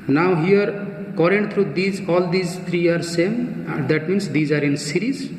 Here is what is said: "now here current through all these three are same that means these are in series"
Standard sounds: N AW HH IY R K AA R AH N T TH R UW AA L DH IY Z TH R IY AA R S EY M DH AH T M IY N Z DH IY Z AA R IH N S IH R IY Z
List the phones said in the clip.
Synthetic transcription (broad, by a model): N AW HH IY R K AA R AH N T T R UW AA L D IY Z T R IY AA R S EY M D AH T M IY N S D IY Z AA R IH N S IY R IY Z